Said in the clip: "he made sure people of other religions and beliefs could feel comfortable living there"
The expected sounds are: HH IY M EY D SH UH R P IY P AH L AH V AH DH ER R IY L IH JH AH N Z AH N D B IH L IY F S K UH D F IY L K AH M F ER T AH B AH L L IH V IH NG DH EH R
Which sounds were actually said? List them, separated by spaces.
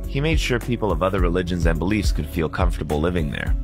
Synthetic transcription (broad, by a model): HH IY M EY D SH UH R P IY P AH L AH V AH DH ER R IY L IH JH AH N Z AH N B IH L IY F S K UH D F IY L K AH M F T AH B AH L L IH V IH NG DH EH R